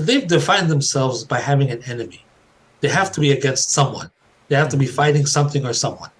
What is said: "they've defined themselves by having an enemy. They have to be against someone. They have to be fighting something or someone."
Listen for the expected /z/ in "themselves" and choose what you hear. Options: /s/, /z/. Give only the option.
/z/